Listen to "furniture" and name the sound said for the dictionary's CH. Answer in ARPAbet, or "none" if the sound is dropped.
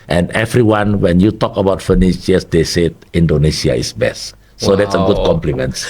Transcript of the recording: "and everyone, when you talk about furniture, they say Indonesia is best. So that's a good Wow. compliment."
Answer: SH